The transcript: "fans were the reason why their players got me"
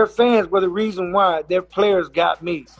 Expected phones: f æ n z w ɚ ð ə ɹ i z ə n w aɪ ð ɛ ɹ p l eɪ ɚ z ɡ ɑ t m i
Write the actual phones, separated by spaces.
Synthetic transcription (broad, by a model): f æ n z w ɚ ð ə ɹ i z ə n w aɪ ð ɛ ɹ p l eɪ ɚ z ɡ ɑ t m i